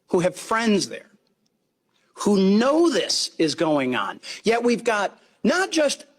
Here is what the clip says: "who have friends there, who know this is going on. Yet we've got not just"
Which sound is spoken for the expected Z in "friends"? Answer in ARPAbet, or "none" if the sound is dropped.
Z